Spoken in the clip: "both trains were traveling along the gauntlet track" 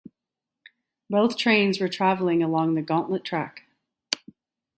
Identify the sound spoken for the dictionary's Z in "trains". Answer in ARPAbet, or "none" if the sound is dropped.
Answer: Z